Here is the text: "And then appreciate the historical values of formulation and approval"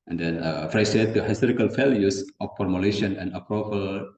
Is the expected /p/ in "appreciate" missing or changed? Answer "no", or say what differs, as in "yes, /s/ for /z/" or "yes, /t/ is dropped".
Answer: yes, /f/ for /p/